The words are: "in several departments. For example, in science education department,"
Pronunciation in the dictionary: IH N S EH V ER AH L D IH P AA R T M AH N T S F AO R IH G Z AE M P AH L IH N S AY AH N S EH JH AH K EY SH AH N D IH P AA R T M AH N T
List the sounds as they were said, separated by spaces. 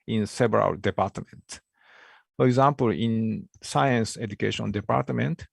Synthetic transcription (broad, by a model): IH N S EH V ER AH L D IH P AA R T M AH N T F AO R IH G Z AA M P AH L IH N S AY AH N S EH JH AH K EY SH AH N D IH P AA R T M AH N T